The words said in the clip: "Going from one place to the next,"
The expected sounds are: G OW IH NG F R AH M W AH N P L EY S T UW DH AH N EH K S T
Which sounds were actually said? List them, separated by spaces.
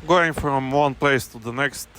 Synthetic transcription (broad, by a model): G OW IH NG F R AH M W AH N P L EY S T UW DH AH N EH K S T